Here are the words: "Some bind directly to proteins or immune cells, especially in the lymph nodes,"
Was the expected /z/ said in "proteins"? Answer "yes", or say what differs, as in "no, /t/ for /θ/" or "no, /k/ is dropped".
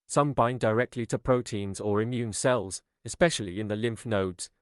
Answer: yes